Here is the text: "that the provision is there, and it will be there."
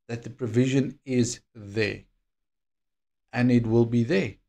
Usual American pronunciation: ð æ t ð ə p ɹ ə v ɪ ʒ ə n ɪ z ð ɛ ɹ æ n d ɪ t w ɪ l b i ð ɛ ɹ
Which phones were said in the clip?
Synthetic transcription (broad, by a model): ð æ t ð ə p ɹ ə v ɪ ʒ ə n ɪ z ð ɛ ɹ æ n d ɪ t w ɪ l b i ð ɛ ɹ